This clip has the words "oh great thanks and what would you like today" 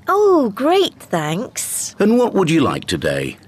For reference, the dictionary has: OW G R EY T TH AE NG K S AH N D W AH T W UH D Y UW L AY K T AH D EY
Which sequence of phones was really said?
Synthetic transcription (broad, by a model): OW G R EY T TH AE NG K S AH N W AH T W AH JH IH L AY K T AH D EY